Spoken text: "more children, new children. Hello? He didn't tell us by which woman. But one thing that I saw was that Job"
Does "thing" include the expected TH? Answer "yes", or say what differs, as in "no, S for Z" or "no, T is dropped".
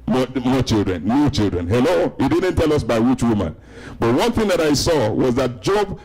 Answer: yes